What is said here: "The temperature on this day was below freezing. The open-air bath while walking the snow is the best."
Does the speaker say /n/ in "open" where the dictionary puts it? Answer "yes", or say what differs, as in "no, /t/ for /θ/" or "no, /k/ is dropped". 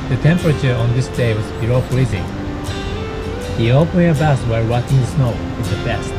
no, /n/ is dropped